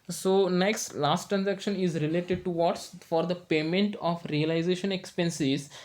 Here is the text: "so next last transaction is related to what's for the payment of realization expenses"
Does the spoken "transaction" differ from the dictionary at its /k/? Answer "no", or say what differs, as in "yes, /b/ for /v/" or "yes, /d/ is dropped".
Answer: no